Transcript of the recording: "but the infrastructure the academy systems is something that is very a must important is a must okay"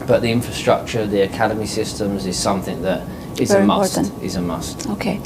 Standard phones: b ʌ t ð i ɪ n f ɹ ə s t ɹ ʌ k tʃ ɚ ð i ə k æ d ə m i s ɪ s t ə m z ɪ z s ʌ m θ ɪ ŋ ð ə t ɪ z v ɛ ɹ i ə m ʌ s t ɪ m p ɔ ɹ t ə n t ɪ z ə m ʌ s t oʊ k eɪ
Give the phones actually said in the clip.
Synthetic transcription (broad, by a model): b ʌ t ð i ɪ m f ɹ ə s t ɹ ʌ k tʃ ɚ ð i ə k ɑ d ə m i s ɪ s t ə m z ɪ z s ʌ m θ ɪ ŋ ð ə t ɪ z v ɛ ə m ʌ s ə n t ɪ z ə m ʌ s t oʊ k eɪ